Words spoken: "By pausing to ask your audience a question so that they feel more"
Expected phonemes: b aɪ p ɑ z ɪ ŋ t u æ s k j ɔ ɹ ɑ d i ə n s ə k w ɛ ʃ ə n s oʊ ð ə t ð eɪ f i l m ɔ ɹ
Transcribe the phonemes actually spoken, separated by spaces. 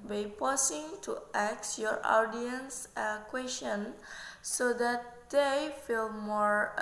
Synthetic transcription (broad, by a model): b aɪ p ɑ s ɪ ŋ t u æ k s j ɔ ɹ ɑ d i ə n s ə k w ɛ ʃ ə n s oʊ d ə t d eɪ f i l m ɔ ɹ